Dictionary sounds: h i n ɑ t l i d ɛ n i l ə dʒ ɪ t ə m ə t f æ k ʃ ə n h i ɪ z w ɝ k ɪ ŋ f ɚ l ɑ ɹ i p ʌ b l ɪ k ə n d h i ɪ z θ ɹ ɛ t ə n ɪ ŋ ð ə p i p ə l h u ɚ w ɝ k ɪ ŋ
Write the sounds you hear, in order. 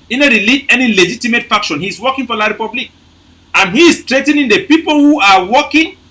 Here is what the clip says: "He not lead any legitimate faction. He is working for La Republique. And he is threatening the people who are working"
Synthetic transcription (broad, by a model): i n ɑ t l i ɛ n i l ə dʒ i t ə m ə t f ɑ k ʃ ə n h i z w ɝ k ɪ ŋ f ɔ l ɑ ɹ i p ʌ b l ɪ k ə n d h i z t ɹ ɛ t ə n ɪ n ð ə p i p ə l h u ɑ w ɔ k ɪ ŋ